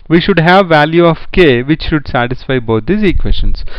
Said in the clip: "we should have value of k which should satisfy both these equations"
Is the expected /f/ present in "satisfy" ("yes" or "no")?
yes